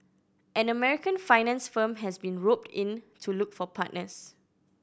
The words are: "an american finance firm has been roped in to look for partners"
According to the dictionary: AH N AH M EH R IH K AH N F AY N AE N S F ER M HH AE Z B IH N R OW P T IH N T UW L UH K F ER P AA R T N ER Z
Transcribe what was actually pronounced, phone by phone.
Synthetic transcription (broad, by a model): AH N AH M EH R IH K AH N F AY N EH N S F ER M HH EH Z B IH N R OW P T IH N T UW L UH K F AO P AA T N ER S